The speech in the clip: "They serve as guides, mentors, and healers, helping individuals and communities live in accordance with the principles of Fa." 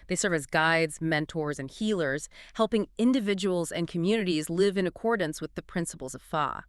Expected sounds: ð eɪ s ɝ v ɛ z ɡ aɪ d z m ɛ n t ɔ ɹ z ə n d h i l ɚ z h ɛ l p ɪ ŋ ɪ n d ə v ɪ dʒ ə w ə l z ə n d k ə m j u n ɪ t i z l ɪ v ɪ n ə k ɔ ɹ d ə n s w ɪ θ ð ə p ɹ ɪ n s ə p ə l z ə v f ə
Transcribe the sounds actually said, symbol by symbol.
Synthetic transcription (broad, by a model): ð eɪ s ɝ v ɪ z ɡ aɪ d z m ɛ n t ɔ ɹ z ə n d h i l ɚ z h ɛ l p ɪ ŋ ɪ n d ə v ɪ dʒ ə w l z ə n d k ə m j u n ɪ t i z l ɪ v ɪ n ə k ɔ ɹ d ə n s w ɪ ð ə p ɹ ɪ n s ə p l z ə v f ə